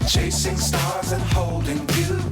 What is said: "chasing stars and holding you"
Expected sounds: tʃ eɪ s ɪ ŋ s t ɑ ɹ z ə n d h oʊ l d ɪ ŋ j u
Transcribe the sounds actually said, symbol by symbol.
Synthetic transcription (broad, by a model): tʃ eɪ s ɪ ŋ s t ɑ ɹ z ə n h oʊ l d ɪ ŋ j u